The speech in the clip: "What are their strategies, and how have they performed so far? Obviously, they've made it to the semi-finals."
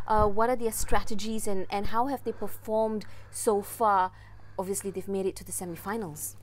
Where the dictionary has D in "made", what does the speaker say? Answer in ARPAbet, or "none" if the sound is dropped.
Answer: D